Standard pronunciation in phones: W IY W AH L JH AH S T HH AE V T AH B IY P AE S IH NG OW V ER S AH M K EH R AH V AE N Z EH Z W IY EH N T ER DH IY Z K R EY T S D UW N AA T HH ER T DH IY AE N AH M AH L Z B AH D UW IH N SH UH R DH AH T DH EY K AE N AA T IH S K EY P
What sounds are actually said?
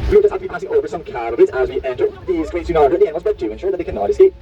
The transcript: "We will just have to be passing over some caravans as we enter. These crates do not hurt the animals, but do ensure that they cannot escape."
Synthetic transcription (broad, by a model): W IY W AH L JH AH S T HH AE F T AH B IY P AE S IH NG OW V ER S AH M K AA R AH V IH Z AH Z W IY EH N T ER DH IY Z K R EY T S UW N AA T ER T DH IY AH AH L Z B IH D UW IH N SH UH R DH AH T DH EY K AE N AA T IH S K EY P